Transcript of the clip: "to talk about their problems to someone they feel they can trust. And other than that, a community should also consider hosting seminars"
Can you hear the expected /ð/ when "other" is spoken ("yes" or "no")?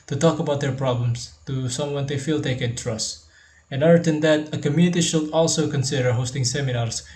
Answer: no